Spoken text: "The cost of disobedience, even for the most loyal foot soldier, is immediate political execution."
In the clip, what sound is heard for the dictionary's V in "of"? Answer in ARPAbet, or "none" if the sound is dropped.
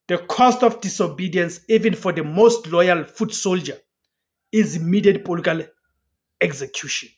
F